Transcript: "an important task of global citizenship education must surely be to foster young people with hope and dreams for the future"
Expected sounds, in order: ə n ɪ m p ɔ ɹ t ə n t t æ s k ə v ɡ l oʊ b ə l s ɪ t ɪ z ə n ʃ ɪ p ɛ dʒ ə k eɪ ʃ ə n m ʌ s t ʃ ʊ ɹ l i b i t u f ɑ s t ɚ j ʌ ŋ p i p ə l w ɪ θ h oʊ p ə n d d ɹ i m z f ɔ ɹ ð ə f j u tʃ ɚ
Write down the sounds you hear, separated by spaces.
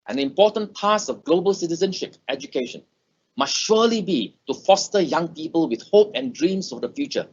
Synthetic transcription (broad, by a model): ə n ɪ m p ɔ t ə n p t s ə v ɡ l oʊ b ə l s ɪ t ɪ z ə n ʃ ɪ p ɛ dʒ ə k eɪ ʃ ə n m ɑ s t ʃ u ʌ l i b i t u f ɑ s t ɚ j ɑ ŋ p i p ə l w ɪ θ h oʊ p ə n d d ɹ i m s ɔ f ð ə f j u tʃ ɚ